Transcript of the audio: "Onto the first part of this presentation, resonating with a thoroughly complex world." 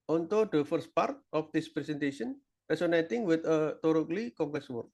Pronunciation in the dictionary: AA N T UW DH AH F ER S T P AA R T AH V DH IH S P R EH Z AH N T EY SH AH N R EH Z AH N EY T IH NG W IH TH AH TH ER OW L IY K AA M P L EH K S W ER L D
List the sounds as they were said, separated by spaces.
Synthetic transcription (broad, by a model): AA N T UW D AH F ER S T P AA R T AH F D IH S P R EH S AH N T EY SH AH N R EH S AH N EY T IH NG W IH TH AH T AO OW L IY K AA M P L EH K S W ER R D